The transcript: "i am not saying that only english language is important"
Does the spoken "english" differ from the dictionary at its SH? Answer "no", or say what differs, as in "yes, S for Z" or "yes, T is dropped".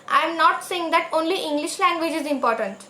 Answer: no